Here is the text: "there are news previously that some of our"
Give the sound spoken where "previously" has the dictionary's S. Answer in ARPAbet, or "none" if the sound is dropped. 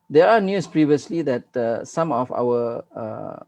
S